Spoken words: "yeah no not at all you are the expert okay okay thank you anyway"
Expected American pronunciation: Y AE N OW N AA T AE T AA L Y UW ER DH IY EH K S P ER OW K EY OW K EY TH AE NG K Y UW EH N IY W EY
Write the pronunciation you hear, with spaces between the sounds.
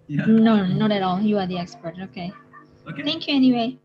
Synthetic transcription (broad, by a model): N OW N AA T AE T AA L Y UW ER DH IY EH K S P ER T OW K EY TH AE NG K Y UW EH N IY W EY